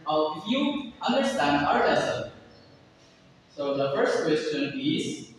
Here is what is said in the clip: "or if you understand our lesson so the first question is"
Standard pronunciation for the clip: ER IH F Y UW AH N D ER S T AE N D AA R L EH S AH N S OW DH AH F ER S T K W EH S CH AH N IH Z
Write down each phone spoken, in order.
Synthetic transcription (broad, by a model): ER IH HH Y UW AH N D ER S T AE N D AA R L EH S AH L S OW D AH F ER S T K W EH S CH AH N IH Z